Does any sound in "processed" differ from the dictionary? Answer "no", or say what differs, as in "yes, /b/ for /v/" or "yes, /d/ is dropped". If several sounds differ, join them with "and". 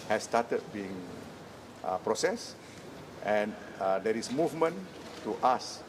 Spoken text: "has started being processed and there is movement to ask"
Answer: no